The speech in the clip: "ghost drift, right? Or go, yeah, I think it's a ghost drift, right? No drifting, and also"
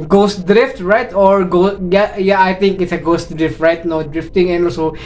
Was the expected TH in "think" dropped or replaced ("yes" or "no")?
yes